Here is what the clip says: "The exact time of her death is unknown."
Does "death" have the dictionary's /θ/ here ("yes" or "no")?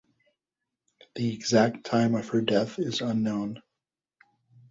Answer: yes